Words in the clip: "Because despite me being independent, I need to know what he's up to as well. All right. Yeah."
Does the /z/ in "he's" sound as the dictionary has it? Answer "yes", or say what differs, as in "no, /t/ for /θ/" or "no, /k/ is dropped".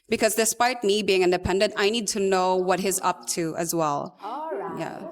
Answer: yes